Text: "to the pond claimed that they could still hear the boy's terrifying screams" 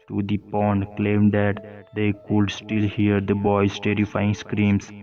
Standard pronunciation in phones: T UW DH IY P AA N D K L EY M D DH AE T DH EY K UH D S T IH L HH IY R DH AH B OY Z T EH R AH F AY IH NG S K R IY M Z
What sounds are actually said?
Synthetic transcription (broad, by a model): T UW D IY P AA N D K L EY M D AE T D EY K UH D S T IH L HH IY R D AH B OY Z T EH R AH F AY IH NG S K R IY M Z